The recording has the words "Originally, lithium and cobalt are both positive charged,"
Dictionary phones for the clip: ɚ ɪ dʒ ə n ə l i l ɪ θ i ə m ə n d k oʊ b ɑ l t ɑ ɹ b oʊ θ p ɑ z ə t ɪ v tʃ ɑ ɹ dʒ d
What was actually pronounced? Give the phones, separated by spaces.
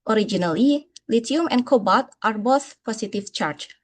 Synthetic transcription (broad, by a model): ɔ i dʒ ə n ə l i l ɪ t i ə m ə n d k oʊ b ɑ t t ɑ ɹ b oʊ θ p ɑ s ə t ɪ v tʃ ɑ ɹ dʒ